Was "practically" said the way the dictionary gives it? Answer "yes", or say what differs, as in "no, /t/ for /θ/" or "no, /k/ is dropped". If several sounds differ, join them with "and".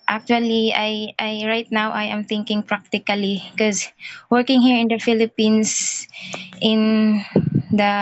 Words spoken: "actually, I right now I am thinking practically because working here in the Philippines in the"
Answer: no, /l/ is dropped